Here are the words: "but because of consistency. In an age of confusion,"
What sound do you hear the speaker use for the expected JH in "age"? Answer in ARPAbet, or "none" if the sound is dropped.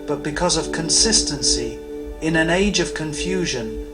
JH